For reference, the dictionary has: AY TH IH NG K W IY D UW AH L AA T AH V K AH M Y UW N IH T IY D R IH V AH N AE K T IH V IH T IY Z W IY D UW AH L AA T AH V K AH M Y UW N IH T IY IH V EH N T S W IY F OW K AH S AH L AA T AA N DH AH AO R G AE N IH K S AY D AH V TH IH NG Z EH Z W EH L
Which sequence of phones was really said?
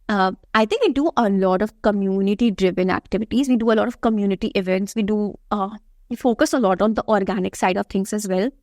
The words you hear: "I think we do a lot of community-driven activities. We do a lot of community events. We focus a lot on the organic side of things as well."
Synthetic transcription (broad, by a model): AY T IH NG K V IY D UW AH L AA T AH V K AH M Y UW N IH T IY D R IH V AH N AE K T IH V IH T IY Z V IY D UW AH L AA T AH V K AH M Y UW N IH T IY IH V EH N T S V IY F OW K AH S AH L AA T AA N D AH AO R G AE N IH K S AY D AH V T IH NG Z EH Z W EH L